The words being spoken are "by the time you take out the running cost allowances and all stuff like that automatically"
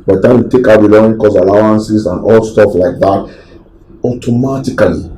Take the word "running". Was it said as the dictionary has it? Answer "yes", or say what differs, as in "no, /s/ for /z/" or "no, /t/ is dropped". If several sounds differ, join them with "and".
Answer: no, /l/ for /ɹ/ and /n/ is dropped